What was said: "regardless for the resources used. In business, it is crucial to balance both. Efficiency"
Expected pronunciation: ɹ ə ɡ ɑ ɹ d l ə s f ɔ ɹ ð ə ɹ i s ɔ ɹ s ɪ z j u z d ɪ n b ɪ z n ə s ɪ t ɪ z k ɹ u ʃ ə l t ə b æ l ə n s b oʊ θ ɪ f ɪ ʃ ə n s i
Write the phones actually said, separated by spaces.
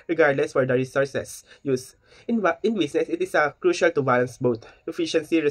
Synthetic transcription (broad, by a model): ɹ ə ɡ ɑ ɹ d l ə s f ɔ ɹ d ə ɹ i s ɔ ɹ s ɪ s j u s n ɪ n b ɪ s n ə s ɪ t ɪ s k ɹ u ʃ ə l t ə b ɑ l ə n s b oʊ t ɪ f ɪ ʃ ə n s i